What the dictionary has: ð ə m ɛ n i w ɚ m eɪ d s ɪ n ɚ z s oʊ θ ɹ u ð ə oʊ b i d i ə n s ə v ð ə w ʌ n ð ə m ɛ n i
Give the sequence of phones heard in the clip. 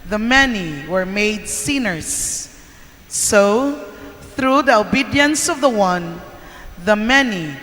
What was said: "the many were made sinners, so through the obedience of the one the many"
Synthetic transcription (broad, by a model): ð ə m ɛ n i w ɚ m eɪ d s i n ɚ s oʊ θ ɹ u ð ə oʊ b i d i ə n s ə v ð ə w ʌ n ð ə m ɛ n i